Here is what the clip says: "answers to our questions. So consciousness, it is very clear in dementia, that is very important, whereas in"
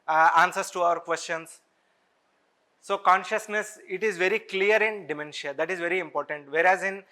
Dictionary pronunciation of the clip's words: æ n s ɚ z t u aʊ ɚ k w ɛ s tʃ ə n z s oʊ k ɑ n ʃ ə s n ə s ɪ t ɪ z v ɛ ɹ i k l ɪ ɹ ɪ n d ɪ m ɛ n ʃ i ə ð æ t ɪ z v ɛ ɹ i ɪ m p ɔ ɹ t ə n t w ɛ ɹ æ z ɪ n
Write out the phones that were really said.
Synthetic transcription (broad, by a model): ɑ n s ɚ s t u aʊ ɚ k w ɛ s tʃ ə n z s oʊ k ɑ n ʃ ə s n ə s ɪ t ɪ z v ɛ ɹ i k l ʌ ɹ ɪ n d ɪ m ɛ n ʃ i ə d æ t ɪ z v ɛ ɹ i ɪ m p ɔ ɹ t ə n t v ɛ ɹ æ z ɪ n